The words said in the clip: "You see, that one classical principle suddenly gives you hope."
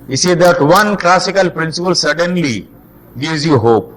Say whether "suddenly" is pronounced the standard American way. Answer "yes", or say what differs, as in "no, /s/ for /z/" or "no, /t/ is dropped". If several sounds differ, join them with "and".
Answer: yes